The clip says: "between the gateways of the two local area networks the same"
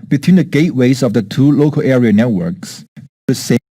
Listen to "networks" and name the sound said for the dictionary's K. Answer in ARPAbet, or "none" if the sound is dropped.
K